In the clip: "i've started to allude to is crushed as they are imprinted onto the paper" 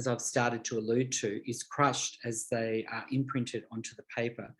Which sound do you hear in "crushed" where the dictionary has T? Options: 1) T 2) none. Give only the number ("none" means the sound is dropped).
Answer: 1